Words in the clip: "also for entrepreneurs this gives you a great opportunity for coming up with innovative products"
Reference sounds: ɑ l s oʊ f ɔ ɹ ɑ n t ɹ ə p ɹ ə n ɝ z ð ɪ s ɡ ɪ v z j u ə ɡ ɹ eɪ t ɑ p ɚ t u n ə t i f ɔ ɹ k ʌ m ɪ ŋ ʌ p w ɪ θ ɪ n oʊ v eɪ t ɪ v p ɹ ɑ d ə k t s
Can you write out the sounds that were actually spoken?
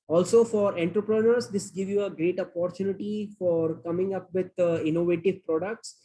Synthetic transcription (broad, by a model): ɑ l s oʊ f ɔ ɹ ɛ n t ɹ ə p ɹ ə n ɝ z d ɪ s ɡ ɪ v j u ə ɡ ɹ eɪ t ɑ p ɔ t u n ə t i f ɔ ɹ k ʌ m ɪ ŋ ʌ p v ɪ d ɪ n oʊ v eɪ t ɪ v p ɹ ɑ d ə k t s